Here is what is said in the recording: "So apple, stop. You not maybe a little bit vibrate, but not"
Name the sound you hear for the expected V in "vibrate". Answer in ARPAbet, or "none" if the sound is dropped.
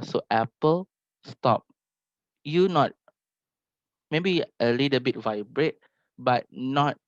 V